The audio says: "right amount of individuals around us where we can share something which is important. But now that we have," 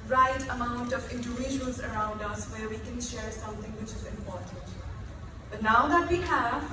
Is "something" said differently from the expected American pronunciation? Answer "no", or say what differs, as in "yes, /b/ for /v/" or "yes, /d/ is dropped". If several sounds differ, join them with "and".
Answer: yes, /t/ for /θ/